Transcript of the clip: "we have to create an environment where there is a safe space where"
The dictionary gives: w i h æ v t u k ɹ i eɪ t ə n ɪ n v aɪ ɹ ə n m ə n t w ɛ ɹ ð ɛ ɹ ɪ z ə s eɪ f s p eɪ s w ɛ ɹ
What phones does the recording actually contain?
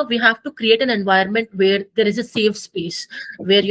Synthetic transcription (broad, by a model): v i h æ v t u k ɹ i eɪ t ə n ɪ n v aɪ ə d m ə n t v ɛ ɹ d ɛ ɹ ɪ z ə s eɪ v s p eɪ s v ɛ ɹ